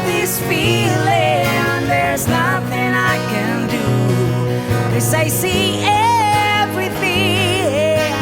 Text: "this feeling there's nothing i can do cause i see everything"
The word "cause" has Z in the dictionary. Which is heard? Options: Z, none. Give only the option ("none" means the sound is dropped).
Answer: none